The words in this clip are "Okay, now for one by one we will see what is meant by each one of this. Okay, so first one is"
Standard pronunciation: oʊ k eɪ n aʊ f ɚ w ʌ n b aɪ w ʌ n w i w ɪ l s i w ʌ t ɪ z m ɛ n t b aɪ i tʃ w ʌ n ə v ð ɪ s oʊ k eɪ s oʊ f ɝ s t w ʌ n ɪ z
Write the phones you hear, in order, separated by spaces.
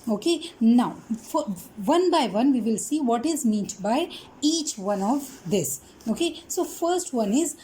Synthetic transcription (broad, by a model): oʊ k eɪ n aʊ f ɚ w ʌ n b aɪ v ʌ n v i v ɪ l s i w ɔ t ɪ z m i t b aɪ i tʃ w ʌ n ə v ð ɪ s oʊ k eɪ s oʊ f ɝ s t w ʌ n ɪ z